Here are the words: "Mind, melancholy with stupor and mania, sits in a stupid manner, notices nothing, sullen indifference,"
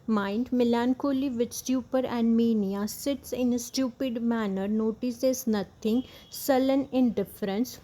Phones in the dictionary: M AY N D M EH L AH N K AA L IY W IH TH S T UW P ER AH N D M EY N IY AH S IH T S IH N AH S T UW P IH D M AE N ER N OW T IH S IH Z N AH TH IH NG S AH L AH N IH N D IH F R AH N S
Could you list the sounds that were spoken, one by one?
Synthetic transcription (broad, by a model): M AY N D M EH L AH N K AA L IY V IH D S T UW P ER AH N D M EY N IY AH S IH T S IH N S T UW P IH D M AE N ER N OW T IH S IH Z N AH T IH NG S AH L AH N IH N D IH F R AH N S